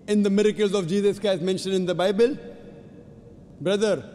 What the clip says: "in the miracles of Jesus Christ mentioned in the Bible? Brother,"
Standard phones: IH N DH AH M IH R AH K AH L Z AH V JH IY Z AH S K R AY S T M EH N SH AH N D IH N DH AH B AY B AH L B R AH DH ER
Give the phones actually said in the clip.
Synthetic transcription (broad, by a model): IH N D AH M IH R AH K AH L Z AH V JH IY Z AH S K AY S M EH N SH AH N D IH N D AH B AY B AH L B R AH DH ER